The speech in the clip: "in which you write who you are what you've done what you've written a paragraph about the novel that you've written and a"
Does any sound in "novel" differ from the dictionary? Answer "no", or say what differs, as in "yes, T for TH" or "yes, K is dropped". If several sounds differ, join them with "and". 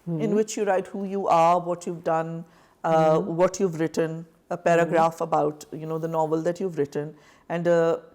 no